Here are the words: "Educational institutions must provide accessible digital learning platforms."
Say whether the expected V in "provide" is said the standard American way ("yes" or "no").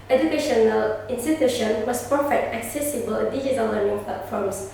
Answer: no